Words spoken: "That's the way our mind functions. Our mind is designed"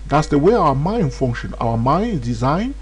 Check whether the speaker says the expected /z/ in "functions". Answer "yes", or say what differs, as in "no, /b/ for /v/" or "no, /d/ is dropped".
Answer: no, /z/ is dropped